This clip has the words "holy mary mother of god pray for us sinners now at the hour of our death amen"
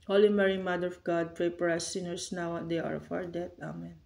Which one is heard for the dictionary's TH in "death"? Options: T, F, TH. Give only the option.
T